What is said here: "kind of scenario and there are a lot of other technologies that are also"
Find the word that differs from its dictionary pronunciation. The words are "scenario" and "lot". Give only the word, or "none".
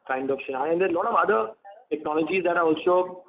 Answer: scenario